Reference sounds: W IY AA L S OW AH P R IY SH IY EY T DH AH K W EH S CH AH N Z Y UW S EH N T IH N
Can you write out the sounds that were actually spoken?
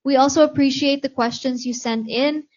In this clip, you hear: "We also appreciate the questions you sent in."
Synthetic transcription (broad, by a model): W IY AA L S OW AH P R IY SH IY EY T DH AH K W EH S CH AH N Z Y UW S EH N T IH N